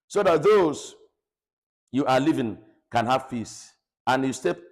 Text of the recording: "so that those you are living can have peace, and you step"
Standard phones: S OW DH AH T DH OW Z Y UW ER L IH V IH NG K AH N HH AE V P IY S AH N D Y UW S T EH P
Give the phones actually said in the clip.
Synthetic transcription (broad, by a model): S OW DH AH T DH OW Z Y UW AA L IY V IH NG K AH N HH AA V F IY S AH N Y UW S T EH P